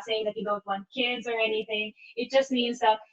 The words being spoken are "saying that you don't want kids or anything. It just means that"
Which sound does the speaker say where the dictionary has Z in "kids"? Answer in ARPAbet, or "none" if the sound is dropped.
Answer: Z